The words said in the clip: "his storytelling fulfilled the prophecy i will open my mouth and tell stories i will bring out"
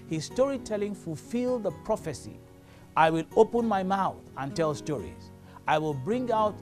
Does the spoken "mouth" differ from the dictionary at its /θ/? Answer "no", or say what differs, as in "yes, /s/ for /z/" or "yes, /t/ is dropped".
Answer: no